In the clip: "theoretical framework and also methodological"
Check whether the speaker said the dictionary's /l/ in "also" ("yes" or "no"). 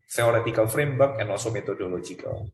no